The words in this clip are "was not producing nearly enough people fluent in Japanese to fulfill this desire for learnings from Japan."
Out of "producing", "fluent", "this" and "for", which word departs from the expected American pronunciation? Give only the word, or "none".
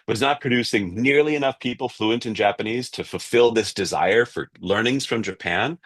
none